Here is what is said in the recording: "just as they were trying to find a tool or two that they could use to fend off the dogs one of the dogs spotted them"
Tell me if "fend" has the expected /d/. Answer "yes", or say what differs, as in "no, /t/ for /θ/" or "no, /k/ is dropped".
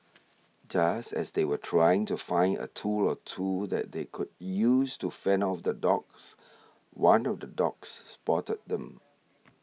no, /d/ is dropped